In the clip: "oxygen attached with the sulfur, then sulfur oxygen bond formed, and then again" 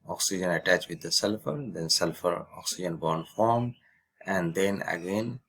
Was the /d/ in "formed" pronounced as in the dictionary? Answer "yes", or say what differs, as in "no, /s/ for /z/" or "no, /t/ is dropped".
yes